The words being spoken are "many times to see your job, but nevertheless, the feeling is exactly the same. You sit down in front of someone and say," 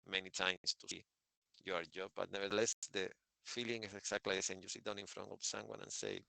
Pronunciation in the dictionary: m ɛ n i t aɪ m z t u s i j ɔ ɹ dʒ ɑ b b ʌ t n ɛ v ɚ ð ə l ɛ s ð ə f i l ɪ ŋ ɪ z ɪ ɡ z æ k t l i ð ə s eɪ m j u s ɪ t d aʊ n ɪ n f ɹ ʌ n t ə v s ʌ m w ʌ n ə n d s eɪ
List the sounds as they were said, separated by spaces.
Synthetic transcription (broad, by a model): m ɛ n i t aɪ m s t u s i j ɔ ɹ dʒ ɑ b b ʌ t n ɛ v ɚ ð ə l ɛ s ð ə f i l ɪ ŋ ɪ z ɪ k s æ k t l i ð ə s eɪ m j u s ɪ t d aʊ n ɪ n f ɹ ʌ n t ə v s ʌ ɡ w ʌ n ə n s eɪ